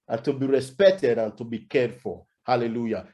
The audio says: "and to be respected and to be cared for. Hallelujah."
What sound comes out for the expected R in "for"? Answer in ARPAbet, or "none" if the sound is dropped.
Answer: L